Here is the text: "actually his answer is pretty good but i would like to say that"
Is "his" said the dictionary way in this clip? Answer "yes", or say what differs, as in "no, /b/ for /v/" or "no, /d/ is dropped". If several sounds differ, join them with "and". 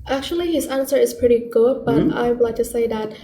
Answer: yes